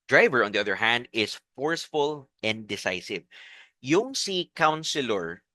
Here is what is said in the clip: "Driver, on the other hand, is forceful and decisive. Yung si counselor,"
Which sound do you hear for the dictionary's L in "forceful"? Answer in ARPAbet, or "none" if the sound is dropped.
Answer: L